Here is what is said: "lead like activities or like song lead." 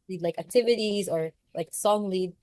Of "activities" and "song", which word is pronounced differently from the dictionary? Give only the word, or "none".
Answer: none